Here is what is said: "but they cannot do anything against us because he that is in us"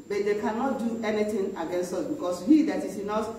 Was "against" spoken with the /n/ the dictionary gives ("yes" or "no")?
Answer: yes